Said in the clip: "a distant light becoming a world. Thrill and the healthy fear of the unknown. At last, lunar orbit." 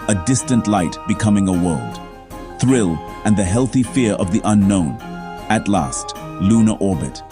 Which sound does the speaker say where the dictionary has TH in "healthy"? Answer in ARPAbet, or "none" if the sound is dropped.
TH